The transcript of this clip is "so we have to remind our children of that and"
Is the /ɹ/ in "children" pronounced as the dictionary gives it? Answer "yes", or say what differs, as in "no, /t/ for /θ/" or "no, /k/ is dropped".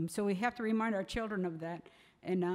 yes